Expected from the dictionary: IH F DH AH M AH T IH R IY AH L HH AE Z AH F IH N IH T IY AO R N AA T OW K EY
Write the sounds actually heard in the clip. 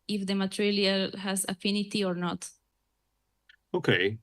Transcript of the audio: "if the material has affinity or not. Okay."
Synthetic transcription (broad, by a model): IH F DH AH M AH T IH L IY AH L HH AE Z AH F IH N IH T IY AO R N AA T OW K EY